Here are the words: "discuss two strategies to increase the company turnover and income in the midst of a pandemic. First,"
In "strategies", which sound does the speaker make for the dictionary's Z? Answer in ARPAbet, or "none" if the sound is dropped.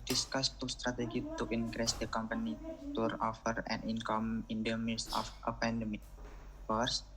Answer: none